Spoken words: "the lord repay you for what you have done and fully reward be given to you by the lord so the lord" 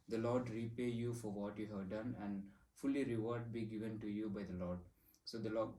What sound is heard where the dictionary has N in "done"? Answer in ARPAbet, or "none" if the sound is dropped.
N